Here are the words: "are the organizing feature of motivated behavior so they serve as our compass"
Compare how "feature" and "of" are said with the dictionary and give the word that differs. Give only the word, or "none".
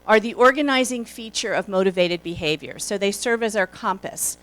none